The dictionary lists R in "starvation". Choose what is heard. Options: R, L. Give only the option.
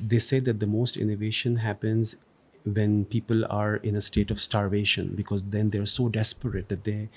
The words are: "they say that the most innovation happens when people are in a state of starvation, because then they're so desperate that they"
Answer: R